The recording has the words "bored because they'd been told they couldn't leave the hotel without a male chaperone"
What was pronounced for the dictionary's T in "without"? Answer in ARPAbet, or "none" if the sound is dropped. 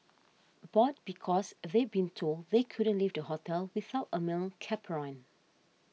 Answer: T